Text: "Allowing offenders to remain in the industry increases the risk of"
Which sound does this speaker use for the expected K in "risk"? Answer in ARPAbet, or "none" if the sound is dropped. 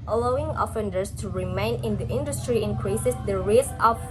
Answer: none